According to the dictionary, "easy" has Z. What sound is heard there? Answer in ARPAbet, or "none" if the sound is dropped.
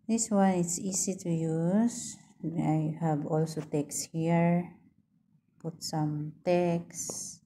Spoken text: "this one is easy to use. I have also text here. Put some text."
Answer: S